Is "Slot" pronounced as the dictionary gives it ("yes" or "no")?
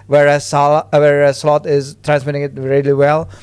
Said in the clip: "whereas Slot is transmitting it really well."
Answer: yes